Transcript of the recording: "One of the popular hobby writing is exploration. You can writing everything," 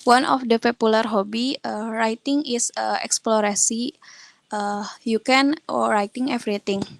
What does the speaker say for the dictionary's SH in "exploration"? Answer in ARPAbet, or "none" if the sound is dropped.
S